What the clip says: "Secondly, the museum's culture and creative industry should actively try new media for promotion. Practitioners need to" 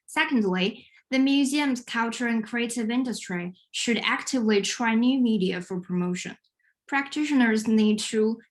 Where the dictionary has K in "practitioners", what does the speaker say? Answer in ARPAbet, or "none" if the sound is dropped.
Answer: K